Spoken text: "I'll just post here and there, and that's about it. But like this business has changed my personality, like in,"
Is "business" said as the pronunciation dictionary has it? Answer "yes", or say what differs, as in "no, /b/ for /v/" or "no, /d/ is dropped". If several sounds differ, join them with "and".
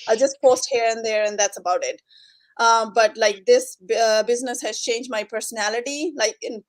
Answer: yes